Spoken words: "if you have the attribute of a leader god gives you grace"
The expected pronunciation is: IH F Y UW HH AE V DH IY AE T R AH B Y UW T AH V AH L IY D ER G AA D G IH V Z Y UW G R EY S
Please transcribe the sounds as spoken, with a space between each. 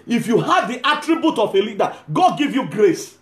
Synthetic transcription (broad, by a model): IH F Y UW HH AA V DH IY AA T R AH B Y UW T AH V AH L IY D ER G AA D G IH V Y UW G R EY S